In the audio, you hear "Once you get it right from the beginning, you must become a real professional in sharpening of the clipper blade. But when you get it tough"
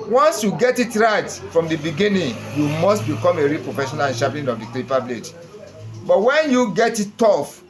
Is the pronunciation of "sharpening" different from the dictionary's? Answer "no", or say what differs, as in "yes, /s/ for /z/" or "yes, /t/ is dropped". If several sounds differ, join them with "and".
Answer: yes, /n/ is dropped